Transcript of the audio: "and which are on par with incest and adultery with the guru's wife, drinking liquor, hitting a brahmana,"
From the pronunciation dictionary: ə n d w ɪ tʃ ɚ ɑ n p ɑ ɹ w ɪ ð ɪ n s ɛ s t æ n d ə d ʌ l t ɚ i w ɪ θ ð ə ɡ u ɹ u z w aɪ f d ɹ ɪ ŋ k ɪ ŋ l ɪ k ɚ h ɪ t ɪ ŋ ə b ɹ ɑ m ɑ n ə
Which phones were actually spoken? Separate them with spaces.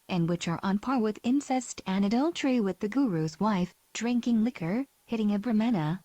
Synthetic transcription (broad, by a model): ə n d w ɪ tʃ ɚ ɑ n p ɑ ɹ w ɪ ð ɪ n s ɛ s t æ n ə d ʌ l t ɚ i w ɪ ð ə ɡ u ɹ u z w aɪ f d ɹ ɪ ŋ k ɪ ŋ l ɪ k ɚ h ɪ t ɪ ŋ ə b ɹ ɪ m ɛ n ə